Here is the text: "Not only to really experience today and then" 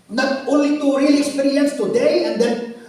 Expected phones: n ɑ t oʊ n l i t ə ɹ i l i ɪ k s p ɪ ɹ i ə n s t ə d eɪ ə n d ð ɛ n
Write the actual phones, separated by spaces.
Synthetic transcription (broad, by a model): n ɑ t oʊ l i t ə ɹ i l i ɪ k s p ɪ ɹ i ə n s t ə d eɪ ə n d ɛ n